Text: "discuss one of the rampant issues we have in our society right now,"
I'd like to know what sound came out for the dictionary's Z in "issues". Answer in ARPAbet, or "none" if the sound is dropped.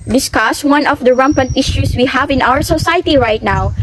S